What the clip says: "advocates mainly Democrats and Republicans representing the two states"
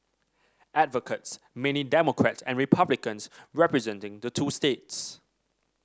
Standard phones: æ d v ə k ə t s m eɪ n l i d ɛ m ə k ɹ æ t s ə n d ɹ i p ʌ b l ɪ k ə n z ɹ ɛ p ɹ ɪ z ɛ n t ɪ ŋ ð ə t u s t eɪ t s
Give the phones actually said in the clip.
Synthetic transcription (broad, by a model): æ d v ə k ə t s m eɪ n i d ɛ m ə k ɹ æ t s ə n ɹ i p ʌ b l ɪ k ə n s ɹ ɛ p ɹ ɪ z ɛ n t ɪ ŋ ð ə t u s t eɪ t s